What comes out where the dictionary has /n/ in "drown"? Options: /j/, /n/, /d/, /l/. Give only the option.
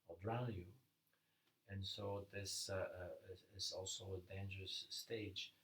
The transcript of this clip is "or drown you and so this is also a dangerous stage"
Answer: /l/